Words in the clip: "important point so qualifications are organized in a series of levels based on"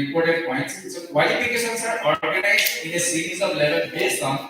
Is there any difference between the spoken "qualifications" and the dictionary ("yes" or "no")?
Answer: yes